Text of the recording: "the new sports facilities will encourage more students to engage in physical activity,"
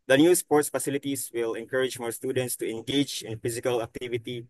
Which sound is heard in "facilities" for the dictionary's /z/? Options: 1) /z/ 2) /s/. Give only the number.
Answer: 2